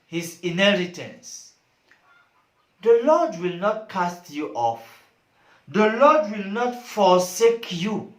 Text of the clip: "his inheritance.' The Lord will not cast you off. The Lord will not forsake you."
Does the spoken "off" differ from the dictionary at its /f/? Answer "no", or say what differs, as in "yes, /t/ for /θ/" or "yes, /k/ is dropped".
no